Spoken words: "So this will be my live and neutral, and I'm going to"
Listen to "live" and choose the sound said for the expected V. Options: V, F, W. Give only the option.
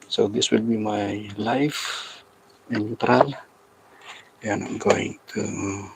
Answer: F